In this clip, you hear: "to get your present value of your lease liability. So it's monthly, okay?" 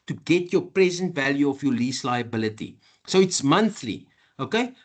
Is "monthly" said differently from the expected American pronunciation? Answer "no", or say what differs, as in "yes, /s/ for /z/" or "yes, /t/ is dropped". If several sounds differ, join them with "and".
no